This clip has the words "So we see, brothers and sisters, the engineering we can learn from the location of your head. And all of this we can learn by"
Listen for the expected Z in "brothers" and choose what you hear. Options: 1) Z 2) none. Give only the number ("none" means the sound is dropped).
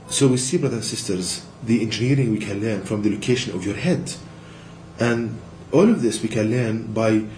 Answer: 2